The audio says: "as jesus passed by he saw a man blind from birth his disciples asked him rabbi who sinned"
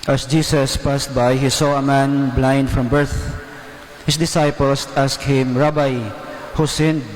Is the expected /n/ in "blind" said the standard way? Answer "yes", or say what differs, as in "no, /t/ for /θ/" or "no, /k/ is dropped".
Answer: yes